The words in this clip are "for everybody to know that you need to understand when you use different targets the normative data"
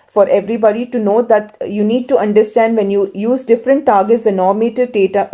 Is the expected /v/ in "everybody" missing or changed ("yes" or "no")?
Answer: no